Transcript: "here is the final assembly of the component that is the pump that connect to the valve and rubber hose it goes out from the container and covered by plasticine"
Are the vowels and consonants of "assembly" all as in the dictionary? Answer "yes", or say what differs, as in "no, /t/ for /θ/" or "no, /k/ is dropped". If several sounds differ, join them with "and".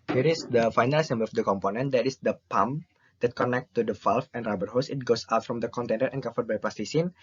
no, /l/ is dropped